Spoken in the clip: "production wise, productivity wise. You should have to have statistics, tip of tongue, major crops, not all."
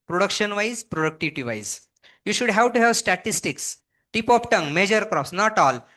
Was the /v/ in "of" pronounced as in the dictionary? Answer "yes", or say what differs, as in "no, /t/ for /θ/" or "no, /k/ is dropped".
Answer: no, /p/ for /v/